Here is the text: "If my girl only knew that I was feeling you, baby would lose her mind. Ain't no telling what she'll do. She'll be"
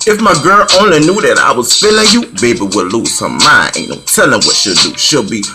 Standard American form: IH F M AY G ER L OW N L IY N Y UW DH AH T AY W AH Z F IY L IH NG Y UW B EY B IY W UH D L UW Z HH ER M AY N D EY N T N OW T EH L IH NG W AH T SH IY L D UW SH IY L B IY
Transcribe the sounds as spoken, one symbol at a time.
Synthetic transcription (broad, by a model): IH F M AY G ER L OW N L IY N Y UW DH AH T AY W AH Z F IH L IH Y UW B EY B IY W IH L UW Z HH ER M AY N IH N N OW T EH L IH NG W AH T SH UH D D UW SH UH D B IY